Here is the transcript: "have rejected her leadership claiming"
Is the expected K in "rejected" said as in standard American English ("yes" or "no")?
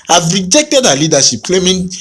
yes